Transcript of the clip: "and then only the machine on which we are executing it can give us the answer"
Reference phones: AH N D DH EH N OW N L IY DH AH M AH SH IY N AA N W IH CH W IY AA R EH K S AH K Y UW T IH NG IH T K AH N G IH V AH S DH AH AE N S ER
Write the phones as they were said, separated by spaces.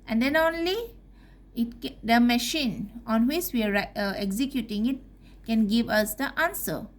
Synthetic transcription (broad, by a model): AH N D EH N OW N L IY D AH M AH SH IY N AA N W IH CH W IY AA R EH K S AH K Y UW T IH NG IH T K AH N G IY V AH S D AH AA N S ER